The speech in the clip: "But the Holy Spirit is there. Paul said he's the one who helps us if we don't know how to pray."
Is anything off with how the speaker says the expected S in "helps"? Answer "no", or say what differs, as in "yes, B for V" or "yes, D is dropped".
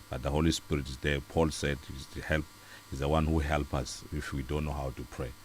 yes, S is dropped